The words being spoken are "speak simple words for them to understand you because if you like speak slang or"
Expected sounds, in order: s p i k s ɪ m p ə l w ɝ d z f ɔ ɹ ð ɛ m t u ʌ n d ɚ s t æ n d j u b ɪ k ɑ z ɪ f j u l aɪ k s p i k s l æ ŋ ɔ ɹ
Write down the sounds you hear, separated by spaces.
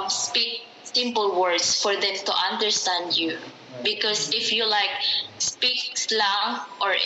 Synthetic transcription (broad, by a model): s p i k s ɪ m p ə l w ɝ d s f ɔ ɹ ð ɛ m t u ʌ n d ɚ s t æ n d j u b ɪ k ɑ s ɪ f j u l aɪ k s p i k s l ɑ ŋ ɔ ɹ